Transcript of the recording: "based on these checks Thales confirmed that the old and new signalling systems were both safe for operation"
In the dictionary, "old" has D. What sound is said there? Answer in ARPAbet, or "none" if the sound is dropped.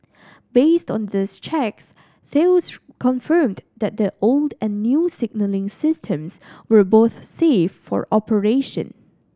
D